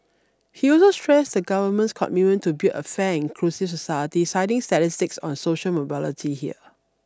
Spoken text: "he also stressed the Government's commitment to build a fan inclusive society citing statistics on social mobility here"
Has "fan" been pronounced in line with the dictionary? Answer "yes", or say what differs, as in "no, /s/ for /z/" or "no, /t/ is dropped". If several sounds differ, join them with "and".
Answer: no, /n/ is dropped